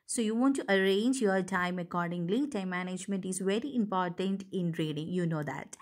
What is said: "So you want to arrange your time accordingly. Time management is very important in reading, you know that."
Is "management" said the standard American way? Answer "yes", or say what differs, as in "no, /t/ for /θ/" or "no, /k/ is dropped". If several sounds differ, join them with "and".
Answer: yes